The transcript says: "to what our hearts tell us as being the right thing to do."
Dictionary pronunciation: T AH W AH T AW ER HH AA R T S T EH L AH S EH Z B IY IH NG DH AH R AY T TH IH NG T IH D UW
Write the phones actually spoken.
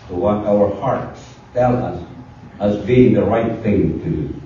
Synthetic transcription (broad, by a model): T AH W AH T AW ER HH AA R T S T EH L AH S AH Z B IY IH NG DH AH R AY T TH IH NG T IH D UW